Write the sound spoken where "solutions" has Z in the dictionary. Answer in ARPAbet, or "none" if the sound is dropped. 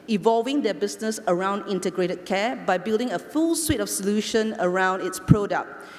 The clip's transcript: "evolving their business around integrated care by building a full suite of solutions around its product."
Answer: none